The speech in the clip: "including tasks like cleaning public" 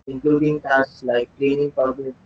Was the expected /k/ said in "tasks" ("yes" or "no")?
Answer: no